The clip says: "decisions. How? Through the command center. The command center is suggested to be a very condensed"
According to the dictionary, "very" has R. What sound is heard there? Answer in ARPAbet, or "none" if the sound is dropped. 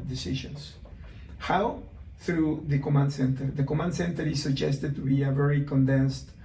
R